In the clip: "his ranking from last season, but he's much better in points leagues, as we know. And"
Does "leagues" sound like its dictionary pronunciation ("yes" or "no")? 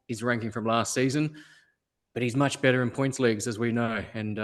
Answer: yes